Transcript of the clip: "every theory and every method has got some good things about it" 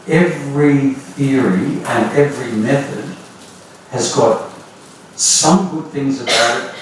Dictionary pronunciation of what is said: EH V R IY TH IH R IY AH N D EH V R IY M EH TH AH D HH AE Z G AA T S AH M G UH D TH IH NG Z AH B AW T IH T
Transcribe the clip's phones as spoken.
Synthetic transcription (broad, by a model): EH V R IY TH IH R IY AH N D EH V R IY M EH TH AH D HH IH Z G AA T S AH M G UH D TH IH NG Z AH B AW T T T